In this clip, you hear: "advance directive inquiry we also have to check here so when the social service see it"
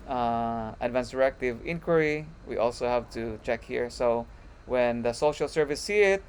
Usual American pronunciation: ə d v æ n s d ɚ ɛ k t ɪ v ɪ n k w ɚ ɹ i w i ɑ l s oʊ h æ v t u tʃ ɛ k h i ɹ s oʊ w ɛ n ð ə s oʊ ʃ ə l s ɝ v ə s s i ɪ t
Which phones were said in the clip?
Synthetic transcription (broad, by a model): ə d v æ n s d ɚ ɛ k t ɪ v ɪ n k w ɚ ɹ i w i ɑ l s oʊ h æ v t u tʃ ɛ k h i ɹ s oʊ w ɛ n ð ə s oʊ ʃ ə l s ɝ v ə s s i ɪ t